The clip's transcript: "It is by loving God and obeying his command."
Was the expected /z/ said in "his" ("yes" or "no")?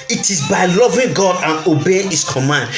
no